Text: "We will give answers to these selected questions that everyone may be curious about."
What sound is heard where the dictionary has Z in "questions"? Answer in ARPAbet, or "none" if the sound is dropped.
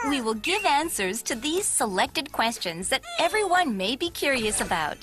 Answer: Z